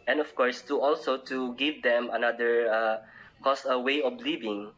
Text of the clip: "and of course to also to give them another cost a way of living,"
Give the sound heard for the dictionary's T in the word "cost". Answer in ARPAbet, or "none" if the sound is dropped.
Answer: none